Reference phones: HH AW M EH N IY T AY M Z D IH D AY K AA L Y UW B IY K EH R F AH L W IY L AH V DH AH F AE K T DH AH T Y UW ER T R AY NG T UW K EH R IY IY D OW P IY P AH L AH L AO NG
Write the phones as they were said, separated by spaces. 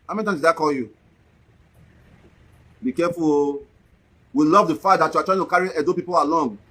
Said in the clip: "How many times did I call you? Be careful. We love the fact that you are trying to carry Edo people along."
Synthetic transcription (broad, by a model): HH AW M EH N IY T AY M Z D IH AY K AA L Y UW B IY K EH F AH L W IY L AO V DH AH F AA T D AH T Y UW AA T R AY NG T UW K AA R IY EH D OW P IY P AH L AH L AO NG